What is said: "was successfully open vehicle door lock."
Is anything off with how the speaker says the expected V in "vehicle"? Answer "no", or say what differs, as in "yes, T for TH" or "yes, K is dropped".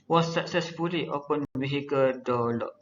yes, B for V